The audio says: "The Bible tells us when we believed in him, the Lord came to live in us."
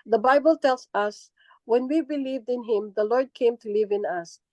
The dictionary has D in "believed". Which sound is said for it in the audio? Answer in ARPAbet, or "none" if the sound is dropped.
D